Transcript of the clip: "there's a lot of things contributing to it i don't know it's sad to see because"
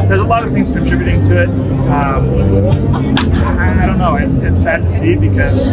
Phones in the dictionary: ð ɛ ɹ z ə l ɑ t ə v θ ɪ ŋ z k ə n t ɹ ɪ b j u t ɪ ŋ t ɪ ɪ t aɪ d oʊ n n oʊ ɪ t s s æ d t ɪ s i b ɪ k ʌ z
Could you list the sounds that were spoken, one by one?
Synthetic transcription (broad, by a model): ð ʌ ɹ z ə l ɑ t ə v θ ɪ ŋ z k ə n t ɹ ɪ b j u t ɪ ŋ t ɪ ɪ t aɪ d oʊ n n oʊ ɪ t s s æ d t ɪ s i b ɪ k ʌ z